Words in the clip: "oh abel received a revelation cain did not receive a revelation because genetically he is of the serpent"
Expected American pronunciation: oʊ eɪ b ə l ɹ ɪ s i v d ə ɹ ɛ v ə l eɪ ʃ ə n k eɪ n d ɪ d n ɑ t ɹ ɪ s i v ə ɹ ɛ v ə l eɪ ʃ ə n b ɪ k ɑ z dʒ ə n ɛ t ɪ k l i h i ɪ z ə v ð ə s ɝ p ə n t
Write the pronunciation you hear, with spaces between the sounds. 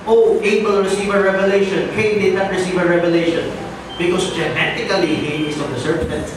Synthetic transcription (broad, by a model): oʊ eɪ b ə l ɹ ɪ s i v ə ɹ ɛ v ə l eɪ ʃ ə n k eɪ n d ɪ d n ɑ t ɹ ɪ s i v ə ɹ ɛ v ə l eɪ ʃ ə n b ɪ k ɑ s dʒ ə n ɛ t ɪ k l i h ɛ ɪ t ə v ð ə s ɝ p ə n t